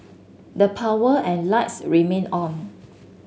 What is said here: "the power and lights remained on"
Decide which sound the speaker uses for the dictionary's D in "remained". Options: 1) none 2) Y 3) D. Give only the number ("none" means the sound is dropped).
1